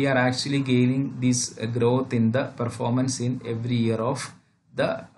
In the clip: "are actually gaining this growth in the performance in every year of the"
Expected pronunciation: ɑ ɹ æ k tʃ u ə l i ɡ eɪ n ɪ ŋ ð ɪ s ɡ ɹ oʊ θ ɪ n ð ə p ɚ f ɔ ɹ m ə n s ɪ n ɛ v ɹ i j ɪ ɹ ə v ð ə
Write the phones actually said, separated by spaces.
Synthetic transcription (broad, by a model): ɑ ɹ æ k tʃ u ə l i ɡ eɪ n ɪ ŋ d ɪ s ɡ ɹ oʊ t ɪ n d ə p ɚ f ɔ ɹ m ə n s ɪ n ɛ v ɹ i j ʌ ɹ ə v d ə